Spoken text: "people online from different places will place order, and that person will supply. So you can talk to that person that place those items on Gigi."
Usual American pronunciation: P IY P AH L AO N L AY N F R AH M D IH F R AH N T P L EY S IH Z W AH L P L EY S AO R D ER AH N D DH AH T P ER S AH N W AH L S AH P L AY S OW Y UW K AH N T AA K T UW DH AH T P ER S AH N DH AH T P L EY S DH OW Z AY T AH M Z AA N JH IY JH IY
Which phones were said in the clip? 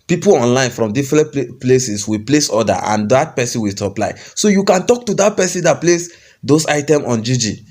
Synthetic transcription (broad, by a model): P IY P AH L AO N L AY N F R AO M D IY F R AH N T P L EY S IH S W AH P L EY S AO D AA AH N D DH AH T P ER S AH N W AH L S AH P L AY S OW Y UW K AH N T AA K T UW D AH T P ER S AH N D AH T P L EY S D OW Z AY T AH M AA N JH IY JH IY